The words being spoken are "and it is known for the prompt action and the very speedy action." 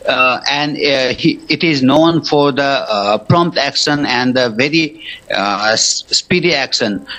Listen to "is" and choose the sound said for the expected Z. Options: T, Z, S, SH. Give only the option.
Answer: Z